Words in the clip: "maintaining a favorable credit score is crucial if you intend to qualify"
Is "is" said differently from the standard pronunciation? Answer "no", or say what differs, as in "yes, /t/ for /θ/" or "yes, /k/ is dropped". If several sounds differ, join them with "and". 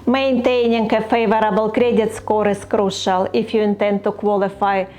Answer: yes, /s/ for /z/